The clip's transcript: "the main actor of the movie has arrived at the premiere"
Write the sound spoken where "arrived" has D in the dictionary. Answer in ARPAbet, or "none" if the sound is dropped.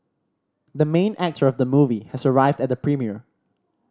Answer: D